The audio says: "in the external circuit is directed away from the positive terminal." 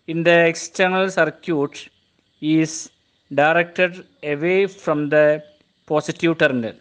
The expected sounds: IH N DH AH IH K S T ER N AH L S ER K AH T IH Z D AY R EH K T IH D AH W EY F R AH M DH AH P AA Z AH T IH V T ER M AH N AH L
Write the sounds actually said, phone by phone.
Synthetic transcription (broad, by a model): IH N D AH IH K S T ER N AH L S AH K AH T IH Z D AY R EH K T IH D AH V EY F R AH M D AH P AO S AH T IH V T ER M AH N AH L